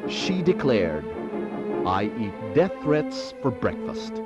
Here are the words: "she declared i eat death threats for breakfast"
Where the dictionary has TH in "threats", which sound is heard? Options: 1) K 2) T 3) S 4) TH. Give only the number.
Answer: 4